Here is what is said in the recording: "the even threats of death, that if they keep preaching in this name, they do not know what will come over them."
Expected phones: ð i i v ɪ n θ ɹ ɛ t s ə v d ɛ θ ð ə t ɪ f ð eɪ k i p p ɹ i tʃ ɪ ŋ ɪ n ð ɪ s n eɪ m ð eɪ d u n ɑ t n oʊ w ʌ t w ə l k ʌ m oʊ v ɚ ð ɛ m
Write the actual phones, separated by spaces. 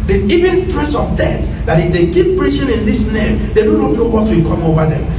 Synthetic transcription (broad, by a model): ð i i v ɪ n t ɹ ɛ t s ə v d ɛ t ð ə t ɪ f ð eɪ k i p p ɹ i tʃ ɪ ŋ ɪ n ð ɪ s n eɪ m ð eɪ d u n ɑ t n oʊ w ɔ t w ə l k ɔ m oʊ v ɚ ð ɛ m